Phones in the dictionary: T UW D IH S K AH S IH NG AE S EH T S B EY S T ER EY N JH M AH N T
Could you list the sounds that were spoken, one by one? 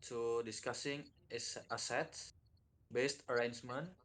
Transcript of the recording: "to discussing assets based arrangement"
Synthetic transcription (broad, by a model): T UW D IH S K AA S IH NG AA S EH T S B EY S T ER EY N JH M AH N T